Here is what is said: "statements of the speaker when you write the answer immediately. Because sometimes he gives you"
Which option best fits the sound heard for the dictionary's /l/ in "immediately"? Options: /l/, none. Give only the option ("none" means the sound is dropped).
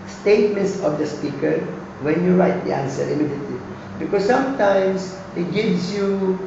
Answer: none